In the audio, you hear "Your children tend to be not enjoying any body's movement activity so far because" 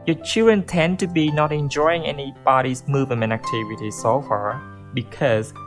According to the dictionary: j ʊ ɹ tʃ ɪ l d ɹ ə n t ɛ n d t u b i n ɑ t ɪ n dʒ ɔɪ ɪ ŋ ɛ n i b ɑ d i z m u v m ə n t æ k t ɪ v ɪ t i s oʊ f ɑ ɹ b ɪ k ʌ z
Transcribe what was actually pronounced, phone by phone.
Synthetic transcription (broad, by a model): j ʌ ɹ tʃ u d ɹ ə n t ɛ n t u b i n ɑ t ɪ n dʒ ɔɪ ɪ ŋ ɛ n i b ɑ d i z m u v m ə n æ k t ɪ v ɪ t i s oʊ f ɑ ɹ b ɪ k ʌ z